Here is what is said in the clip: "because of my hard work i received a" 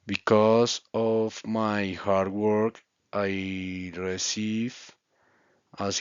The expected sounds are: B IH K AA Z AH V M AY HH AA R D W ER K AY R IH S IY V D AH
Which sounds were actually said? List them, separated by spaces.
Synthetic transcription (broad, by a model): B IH K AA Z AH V M AY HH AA R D W ER K AY R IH S IY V AH